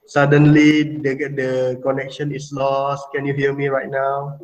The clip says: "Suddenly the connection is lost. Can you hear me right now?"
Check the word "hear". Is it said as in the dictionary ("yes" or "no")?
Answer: no